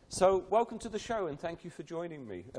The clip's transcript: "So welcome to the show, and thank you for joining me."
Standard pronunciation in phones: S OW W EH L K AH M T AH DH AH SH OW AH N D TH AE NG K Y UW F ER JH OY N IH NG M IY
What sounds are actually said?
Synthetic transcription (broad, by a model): S OW W EH L K AH M T AH DH AH SH OW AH N TH AE NG K Y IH F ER JH OY N IH NG M IY